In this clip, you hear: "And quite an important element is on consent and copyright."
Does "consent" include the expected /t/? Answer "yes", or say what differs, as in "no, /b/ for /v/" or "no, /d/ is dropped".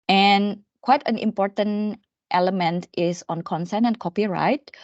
no, /t/ is dropped